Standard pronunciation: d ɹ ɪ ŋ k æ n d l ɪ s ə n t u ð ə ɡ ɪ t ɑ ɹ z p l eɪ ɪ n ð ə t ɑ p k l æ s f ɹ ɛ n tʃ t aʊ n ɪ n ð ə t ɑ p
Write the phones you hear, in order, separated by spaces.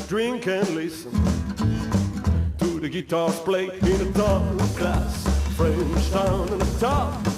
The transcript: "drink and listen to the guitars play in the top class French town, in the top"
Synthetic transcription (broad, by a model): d ɹ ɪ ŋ k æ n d l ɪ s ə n t u ð ə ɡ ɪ t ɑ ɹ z p l eɪ ɪ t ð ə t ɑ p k l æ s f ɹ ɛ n s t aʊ n ɪ n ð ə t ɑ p